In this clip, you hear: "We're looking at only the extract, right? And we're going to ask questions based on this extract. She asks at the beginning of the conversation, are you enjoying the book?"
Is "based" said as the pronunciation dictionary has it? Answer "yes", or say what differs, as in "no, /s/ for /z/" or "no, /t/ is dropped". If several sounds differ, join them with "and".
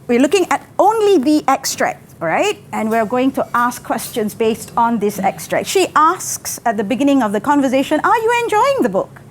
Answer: yes